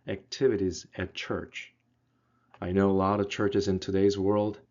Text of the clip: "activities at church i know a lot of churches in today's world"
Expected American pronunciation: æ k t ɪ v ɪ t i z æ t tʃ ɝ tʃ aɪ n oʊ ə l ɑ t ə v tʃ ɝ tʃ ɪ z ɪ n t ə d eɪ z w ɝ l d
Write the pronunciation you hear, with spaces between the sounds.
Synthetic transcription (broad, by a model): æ k t ɪ v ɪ t i z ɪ t tʃ ɝ tʃ aɪ n oʊ ə l ɑ t ə v tʃ ɝ tʃ ɪ z ɪ n t ə d eɪ z w ɝ l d